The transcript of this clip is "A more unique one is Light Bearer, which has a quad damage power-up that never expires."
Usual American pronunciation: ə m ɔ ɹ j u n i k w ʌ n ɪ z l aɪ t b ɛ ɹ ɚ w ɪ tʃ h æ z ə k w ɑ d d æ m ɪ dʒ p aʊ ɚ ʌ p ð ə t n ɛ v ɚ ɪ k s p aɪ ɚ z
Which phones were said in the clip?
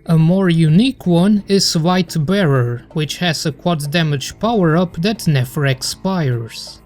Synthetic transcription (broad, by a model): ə m ɔ ɹ j u n i k w ʌ n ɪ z w aɪ t b ɛ ɹ ɚ w ɪ tʃ h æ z ə k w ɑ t d æ m ɪ dʒ p aʊ ɚ ʌ p ð ə t n ɛ v ɚ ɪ k s p aɪ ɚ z